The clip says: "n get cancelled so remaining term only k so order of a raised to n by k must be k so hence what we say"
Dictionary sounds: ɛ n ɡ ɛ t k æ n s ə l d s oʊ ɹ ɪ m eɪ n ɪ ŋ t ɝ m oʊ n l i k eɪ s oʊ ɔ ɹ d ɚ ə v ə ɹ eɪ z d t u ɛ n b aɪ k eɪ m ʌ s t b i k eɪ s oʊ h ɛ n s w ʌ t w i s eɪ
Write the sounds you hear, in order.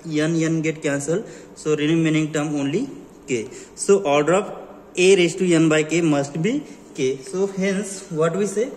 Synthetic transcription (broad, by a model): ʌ n ɡ ɛ t k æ n s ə l s oʊ ɹ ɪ m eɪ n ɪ ŋ t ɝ m oʊ n l i k eɪ s oʊ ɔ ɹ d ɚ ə p ə ɹ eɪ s t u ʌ n b aɪ k eɪ m ʌ s t b i k eɪ s oʊ h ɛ n s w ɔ t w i s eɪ